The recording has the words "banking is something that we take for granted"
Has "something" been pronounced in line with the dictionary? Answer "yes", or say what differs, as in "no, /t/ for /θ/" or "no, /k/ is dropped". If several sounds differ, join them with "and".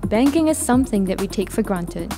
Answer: yes